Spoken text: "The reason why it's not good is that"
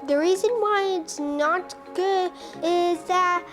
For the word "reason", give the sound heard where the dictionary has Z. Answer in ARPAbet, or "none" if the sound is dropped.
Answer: Z